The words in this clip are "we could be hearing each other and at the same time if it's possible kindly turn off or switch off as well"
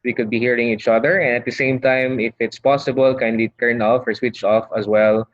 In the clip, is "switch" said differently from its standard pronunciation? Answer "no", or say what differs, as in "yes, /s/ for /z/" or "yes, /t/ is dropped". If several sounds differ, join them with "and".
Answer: no